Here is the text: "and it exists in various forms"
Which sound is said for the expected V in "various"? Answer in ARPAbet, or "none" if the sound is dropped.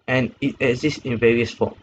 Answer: V